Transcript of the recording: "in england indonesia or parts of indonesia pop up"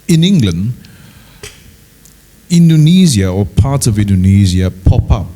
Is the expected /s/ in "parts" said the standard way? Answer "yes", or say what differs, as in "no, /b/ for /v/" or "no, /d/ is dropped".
no, /s/ is dropped